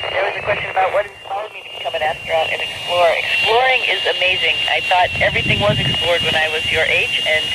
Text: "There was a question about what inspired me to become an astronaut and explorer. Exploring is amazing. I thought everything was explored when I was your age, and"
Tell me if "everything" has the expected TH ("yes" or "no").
yes